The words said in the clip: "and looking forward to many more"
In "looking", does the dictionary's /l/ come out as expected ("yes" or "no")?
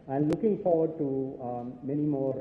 yes